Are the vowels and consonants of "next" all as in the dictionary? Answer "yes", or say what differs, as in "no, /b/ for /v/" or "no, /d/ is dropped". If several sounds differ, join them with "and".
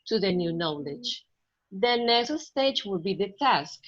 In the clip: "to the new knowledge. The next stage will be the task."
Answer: no, /k/ is dropped